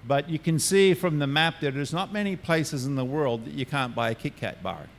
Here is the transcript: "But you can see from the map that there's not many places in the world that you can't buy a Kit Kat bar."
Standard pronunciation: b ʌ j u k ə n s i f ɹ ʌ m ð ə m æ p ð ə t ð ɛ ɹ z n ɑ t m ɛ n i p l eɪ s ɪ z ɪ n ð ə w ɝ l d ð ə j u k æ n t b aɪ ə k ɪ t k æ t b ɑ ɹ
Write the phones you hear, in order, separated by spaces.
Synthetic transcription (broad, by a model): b ʌ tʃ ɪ k ə n s i f ɹ ʌ m ð ə m æ p ð ə t ð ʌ ɹ z n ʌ t m ɛ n i p l eɪ s ɪ z ɪ n ð ə w ɝ l d ð ə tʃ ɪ k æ n b aɪ ə k ɪ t k æ t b ɑ ɹ